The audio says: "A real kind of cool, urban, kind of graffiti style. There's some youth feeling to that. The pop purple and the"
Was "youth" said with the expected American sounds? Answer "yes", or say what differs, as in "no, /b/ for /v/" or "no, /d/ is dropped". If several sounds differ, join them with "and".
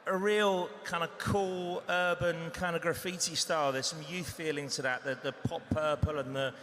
yes